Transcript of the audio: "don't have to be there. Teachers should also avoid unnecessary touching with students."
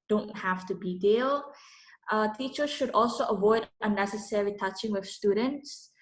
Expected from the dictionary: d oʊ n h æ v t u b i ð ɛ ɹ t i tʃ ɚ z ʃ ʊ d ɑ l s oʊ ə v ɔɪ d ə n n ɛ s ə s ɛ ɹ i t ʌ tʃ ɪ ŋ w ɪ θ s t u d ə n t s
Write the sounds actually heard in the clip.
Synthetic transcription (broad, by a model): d oʊ n h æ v t u b i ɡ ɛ l t i tʃ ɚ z ʃ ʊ d ɑ l s oʊ ə v ɔɪ d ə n n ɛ s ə s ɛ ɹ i t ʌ tʃ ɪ ŋ w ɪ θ s t u d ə n t s